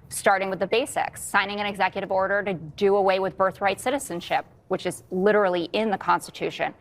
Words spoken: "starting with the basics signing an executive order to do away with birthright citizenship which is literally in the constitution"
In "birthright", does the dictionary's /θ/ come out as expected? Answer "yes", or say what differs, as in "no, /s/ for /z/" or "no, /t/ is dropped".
yes